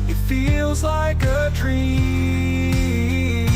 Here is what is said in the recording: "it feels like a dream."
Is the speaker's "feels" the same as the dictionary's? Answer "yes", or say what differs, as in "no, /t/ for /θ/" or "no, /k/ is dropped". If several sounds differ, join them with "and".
yes